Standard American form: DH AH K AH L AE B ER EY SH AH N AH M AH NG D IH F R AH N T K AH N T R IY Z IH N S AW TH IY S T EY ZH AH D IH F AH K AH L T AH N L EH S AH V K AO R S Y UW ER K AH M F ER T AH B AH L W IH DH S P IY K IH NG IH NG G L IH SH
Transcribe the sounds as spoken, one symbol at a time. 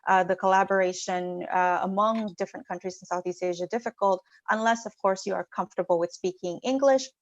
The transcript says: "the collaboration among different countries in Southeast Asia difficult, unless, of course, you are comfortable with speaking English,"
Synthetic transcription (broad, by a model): DH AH K AH L AE B ER EY SH AH N AH M AH NG D IH F R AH N K AH N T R IY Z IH N S AW TH IY S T EY ZH AH D IH F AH K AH L T AH N L EH S AH V K AO R S Y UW ER K AH M F T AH B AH L W IH DH S P IY K IH NG IH NG G L IH SH